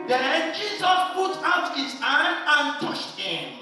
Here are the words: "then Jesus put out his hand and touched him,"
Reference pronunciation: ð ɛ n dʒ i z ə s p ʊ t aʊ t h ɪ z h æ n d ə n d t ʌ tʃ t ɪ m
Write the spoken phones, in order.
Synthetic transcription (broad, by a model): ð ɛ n dʒ i z ə s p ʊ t aʊ t h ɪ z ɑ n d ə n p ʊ ʃ t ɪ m